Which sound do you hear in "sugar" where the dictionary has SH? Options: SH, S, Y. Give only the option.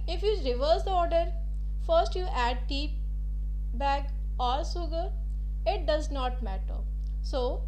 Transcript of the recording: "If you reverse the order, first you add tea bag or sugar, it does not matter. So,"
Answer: S